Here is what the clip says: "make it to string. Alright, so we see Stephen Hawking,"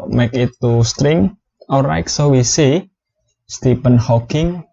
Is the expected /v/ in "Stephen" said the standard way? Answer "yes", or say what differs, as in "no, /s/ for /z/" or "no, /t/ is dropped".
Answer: no, /p/ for /v/